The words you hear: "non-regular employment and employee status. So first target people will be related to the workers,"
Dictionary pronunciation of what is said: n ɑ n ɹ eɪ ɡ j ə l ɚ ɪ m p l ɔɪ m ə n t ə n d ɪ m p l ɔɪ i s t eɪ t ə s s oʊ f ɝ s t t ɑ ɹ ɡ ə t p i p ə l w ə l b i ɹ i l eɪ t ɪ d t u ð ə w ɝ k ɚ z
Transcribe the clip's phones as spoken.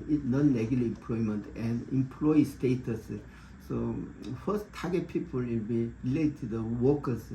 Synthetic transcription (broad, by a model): n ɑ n l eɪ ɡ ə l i ɪ m p l ɔɪ m ə n t ə n d ɪ m p l ɔɪ i s t eɪ t ə s s oʊ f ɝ s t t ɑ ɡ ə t p i p ə l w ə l b i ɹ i l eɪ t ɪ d t u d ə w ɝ k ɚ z